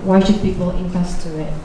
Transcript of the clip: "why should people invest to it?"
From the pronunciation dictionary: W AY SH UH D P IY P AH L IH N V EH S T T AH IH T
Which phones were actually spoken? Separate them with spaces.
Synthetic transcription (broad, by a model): W AY SH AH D P IY P AH L IH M V EH S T T AH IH T